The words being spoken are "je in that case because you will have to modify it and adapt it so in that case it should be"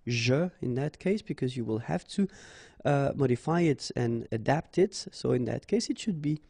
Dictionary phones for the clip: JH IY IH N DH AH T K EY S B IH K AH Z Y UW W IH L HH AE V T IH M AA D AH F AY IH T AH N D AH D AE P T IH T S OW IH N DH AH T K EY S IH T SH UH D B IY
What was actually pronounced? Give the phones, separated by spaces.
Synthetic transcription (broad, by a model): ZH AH IH N DH AH T K EY S B IH K AH Z Y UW W IH L HH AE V T IH M AA D AH F AY IH T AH N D AH D AE P T IH T S OW IH N DH AH T K EY S IH T SH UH D B IY